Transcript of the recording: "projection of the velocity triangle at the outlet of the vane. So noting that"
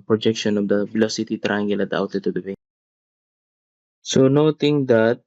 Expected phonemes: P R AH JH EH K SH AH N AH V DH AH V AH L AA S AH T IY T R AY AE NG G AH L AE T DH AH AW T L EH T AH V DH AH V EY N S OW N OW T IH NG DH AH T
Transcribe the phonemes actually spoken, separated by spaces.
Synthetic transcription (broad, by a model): P R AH JH EH K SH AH N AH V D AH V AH L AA S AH T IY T R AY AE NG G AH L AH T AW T EH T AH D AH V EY S OW N OW T IH NG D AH T